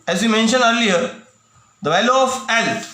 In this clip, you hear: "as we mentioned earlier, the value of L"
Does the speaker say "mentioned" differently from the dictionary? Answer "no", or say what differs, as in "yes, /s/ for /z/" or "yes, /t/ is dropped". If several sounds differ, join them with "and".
yes, /d/ is dropped